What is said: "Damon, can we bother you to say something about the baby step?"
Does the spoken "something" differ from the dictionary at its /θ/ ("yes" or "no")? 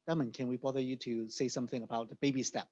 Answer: no